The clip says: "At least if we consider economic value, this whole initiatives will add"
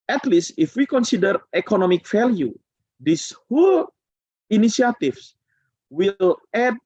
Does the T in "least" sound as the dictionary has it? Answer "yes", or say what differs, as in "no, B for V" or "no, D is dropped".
yes